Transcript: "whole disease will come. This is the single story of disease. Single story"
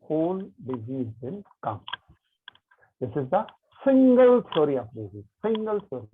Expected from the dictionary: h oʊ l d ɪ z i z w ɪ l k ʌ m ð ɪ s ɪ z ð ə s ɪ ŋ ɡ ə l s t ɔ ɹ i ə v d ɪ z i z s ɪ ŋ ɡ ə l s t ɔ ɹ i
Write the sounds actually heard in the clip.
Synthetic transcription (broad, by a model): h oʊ l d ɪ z i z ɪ n k ʌ m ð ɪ s ɪ z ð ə s ɪ ŋ ɡ ə l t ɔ ɹ i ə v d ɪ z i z s ɪ ŋ ɡ ə l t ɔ ɹ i